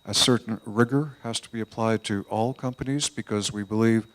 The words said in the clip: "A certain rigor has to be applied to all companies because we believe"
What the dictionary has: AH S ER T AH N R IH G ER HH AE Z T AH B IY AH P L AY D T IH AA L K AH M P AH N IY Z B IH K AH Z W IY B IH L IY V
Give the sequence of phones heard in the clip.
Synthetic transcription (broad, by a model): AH S ER T N R IH G ER HH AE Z T AH B IY AH P L AY D T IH AA L K AH M P AH N IY Z B IH K AH Z W IY B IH L IY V